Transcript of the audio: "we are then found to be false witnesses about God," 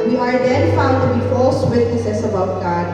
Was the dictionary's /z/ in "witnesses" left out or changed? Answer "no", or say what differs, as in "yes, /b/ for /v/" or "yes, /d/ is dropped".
yes, /s/ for /z/